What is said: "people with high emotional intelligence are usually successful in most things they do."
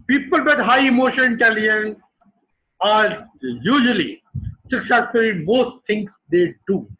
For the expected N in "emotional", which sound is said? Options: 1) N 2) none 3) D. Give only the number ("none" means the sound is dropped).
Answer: 2